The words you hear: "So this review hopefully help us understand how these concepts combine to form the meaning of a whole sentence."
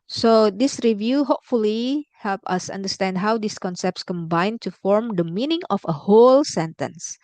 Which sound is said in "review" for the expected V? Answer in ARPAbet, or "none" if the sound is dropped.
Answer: V